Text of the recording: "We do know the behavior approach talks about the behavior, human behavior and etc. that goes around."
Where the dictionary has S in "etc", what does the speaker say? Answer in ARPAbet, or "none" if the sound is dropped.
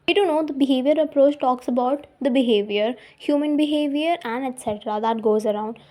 S